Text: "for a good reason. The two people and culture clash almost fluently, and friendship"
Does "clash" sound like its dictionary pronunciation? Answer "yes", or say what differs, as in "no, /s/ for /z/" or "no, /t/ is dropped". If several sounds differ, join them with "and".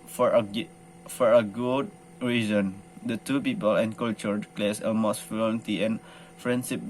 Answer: no, /s/ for /ʃ/